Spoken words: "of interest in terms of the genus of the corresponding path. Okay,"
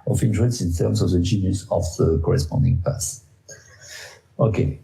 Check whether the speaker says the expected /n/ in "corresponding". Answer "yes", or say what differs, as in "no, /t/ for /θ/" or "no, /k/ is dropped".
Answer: yes